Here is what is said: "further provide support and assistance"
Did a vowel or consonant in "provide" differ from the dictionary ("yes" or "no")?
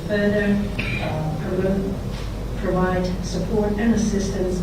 no